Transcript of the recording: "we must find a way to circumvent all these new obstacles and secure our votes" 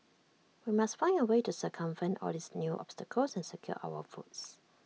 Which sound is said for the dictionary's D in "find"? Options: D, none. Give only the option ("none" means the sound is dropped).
none